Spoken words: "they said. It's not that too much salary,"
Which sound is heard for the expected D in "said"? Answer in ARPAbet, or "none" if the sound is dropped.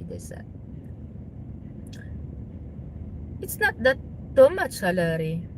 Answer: none